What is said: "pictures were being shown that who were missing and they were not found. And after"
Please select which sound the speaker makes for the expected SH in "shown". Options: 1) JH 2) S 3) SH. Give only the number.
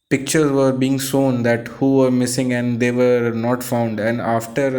2